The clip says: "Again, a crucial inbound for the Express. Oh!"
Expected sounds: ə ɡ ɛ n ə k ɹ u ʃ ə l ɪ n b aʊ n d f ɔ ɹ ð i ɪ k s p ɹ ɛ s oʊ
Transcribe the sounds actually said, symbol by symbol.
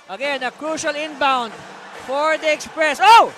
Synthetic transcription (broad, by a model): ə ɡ ɛ n ə k ɹ u ʃ ə l ɪ n b aʊ n d f ɔ ɹ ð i ɪ k s p ɹ ɛ s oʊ